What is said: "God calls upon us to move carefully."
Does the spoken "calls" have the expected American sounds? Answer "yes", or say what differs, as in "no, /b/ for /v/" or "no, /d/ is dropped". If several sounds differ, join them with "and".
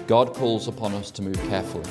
yes